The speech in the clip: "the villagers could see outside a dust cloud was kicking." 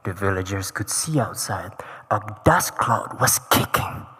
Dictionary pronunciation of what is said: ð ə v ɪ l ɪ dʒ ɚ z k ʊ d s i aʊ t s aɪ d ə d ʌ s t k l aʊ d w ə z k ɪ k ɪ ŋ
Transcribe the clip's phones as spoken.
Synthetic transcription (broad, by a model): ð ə v ɪ l ɪ dʒ ɚ z k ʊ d s i aʊ t s aɪ d ə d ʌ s k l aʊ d w ə z k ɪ k ɪ ŋ